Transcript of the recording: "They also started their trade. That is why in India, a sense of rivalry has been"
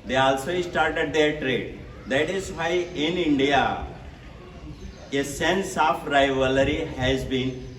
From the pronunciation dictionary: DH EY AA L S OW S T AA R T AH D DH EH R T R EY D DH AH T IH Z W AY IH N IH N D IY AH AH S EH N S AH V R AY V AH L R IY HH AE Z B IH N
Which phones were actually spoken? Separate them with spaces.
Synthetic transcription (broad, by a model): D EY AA L S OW S T AA R T AH D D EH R T R EY D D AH T IH Z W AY IH N IH N D IY AH AH S EH N S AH F R AY V AH L R IY HH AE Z B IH N